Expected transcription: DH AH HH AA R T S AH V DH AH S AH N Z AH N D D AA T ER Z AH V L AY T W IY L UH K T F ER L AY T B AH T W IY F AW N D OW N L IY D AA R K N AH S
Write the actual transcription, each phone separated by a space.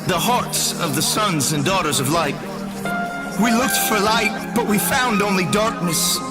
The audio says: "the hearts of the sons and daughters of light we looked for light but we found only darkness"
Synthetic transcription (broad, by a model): DH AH HH AA R T S AH V DH AH S AH N Z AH N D D AA T ER Z AH V L AY T W IY L UH K T F ER L AY T B AH T W IY F AW N D OW N L IY D AA R K N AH S